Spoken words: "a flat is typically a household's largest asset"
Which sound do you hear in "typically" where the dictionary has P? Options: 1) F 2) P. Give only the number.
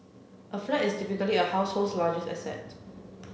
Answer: 1